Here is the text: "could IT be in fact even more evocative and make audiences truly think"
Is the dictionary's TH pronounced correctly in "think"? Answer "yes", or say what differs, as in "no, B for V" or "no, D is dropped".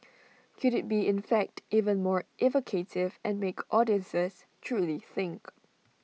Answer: yes